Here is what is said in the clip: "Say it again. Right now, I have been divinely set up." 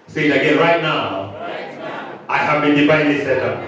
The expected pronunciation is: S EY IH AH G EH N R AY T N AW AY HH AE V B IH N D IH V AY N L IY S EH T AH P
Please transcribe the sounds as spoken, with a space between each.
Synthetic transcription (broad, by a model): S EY IH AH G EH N R AY T N AW AY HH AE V B IH N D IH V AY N IY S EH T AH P